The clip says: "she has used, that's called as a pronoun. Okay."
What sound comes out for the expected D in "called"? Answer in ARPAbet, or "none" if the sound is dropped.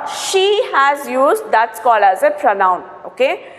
none